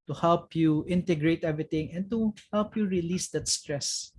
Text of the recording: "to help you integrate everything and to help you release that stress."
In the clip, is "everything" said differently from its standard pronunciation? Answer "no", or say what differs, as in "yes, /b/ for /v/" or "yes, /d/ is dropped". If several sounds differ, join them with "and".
yes, /t/ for /θ/